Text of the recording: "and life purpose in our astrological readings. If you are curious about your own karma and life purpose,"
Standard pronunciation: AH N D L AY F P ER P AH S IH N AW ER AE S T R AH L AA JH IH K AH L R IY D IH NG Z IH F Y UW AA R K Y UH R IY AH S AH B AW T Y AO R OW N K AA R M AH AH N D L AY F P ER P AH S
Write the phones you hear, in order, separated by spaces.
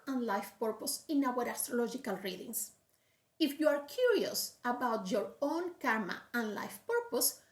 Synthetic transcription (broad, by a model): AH N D L AY F P ER P AH S IH N AW ER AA S T R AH L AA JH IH K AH L R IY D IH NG S IH F Y UW AA R K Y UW R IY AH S AH B AW T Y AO R OW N K AA R M AH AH N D L AY F P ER P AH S